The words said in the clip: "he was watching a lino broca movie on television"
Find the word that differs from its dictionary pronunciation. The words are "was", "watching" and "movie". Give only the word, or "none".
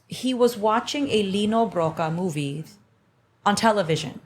none